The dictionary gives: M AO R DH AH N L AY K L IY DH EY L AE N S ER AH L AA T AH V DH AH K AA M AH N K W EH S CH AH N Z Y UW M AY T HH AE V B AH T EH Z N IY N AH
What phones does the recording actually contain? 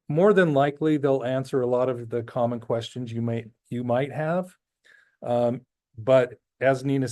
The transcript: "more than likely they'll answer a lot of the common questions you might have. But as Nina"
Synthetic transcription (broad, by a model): M AO R DH AH N L AY K L IY DH EY L AE N S ER AH L AA T AH V DH AH K AA M AH N K W EH S CH AH N Z Y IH M AY T HH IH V B AH T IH Z N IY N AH